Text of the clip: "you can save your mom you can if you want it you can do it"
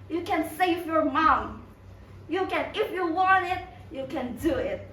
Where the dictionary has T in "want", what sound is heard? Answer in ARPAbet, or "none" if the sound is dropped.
T